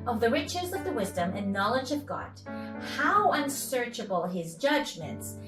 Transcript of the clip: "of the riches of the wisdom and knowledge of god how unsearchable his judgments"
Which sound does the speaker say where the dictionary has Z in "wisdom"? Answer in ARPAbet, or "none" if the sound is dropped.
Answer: Z